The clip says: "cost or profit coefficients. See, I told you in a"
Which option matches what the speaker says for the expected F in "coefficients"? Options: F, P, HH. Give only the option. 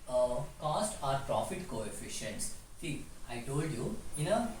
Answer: F